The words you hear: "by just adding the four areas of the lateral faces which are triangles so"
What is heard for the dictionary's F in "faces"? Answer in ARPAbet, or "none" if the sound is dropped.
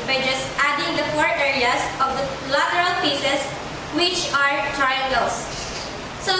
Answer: P